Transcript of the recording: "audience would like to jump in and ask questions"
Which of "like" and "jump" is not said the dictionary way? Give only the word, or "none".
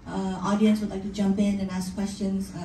none